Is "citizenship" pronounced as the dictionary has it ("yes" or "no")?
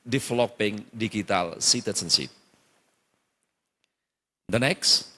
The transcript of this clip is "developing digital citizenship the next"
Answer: no